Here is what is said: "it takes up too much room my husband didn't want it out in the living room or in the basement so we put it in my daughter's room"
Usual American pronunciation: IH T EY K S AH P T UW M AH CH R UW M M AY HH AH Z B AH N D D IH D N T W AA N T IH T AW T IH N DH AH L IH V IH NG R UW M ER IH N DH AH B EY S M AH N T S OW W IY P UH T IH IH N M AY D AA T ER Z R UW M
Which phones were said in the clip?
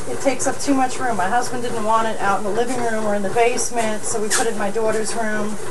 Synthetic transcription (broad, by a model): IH T EY K S AH P T UW M AH CH R UW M M AY HH AH Z B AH N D D IH D N T W AA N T IH T AW T N DH AH L IH V IH NG R UW M ER IH N DH AH B EY S M AH N T S OW W IY P UH T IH IH N M AY D AA T ER Z R UW M